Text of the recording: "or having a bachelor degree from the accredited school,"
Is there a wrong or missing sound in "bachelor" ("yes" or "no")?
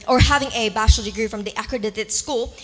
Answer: yes